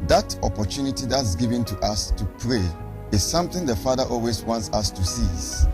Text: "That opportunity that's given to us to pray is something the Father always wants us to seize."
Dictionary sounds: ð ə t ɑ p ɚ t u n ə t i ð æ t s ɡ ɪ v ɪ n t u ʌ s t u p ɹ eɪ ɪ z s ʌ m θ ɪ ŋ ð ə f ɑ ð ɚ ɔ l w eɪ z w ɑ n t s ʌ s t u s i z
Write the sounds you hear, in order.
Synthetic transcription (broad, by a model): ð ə t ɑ p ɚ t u n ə t i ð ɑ t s ɡ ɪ v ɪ n t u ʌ s t u p ɹ eɪ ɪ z s ʌ m θ ɪ ŋ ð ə f ɑ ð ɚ ɔ l w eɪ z w ɑ n t s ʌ s t u s i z